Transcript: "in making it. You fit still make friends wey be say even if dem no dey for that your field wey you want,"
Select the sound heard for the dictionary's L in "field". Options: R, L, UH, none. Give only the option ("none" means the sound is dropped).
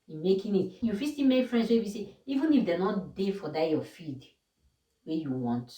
none